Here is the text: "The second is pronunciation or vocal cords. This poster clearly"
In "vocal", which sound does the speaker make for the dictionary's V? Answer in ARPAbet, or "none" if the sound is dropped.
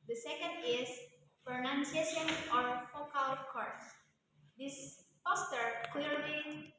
F